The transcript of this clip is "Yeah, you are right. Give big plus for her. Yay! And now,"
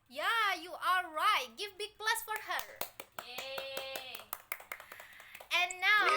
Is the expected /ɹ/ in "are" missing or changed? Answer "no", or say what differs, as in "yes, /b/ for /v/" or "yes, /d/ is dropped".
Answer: yes, /l/ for /ɹ/